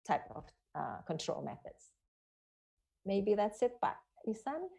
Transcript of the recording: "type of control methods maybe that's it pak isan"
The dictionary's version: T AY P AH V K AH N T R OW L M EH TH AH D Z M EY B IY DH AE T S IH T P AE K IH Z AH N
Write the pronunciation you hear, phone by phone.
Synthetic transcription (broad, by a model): T AY P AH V K AH N T R OW L M EH TH AH D Z M EY B IY DH AE T S IH T B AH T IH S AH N